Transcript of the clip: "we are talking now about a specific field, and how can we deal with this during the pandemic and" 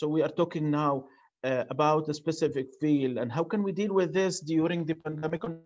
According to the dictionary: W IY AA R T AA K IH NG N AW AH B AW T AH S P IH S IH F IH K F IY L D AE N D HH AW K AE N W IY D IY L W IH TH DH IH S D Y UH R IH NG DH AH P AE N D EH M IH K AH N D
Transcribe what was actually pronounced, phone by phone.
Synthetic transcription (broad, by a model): W IY AA R T AA K IH NG N AW AH B AW T AH S P IH S IH F IH K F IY L AE N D HH AW K AE N W IY D IY L W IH DH IH S D Y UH R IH NG DH AH P AE N D EH M IH K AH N